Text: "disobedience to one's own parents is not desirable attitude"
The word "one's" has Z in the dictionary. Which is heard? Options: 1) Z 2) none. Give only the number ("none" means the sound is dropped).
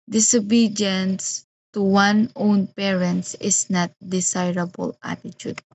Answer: 2